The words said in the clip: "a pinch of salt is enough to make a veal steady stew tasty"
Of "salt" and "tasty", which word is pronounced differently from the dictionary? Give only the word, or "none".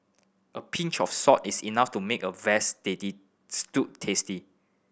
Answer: salt